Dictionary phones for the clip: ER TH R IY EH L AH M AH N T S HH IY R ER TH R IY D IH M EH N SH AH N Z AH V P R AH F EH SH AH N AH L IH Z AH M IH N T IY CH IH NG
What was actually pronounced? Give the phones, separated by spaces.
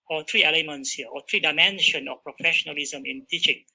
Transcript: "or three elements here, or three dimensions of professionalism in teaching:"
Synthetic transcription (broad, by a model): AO T R IY EH L AH M AH N T S HH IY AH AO T R IY D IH M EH N SH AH N AH F P R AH F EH SH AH N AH L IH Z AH M IH N T IY CH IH NG